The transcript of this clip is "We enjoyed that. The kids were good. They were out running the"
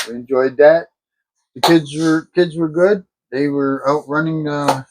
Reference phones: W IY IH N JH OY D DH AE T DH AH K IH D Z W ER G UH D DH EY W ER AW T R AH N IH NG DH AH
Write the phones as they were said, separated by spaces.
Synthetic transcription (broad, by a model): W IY IH N JH OY D DH AE T DH AH K IH D Z W ER G UH D DH EY W ER AW T R AH N IH NG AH